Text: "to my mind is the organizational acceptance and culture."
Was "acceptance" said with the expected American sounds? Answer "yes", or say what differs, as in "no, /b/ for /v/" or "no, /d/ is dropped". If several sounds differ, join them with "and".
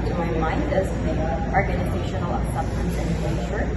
no, /k/ is dropped